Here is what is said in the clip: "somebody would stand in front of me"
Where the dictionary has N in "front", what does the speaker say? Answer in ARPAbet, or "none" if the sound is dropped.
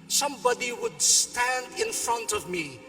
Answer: N